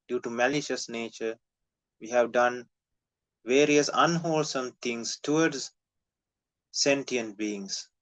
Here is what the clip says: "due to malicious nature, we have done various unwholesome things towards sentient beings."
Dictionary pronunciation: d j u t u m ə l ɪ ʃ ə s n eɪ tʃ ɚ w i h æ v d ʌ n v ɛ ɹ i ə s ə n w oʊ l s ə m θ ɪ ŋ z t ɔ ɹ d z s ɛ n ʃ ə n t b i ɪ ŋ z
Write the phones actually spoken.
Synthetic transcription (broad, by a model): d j u t u m ə l ɪ ʃ ə s n eɪ tʃ ɚ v i h æ v d ʌ n v ɛ ɹ i ə s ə n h oʊ l s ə m t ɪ ŋ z t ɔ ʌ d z s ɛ n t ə n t b i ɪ ŋ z